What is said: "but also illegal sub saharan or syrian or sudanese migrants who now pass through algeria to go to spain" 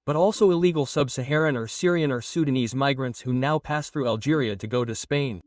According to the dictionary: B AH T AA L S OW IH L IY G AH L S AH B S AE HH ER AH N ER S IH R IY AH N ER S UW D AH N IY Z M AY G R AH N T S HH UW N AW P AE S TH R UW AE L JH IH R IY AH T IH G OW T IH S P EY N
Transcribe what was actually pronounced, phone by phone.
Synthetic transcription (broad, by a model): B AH T AA L S OW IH L IY G L S AH B S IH HH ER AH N ER S IH R IY AH N ER S UW D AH N IY Z M AY G R AH N T S HH UW N AW P AE S TH R UW AE L JH IH R IY AH T IH G OW T IH S P EY N